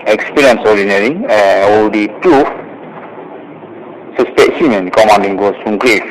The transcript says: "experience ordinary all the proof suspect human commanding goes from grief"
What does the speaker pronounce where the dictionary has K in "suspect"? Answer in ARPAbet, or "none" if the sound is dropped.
none